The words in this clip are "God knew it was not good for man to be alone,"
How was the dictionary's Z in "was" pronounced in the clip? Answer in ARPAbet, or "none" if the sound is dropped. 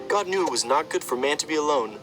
Z